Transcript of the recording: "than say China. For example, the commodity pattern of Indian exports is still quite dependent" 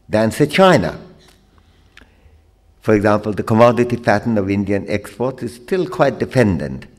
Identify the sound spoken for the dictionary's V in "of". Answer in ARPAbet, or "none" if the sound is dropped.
V